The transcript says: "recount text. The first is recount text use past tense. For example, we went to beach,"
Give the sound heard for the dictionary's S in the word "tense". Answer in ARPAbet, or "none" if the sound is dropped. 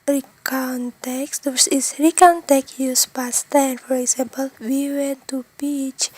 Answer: none